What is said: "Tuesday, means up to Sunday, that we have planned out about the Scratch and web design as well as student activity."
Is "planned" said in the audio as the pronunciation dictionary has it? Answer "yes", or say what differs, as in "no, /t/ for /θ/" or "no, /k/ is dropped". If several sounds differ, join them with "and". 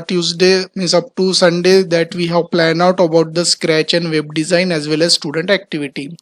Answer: no, /d/ is dropped